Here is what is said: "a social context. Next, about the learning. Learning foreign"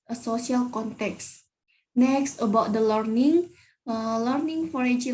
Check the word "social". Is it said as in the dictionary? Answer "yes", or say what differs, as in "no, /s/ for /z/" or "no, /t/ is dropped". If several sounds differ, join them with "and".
no, /s/ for /ʃ/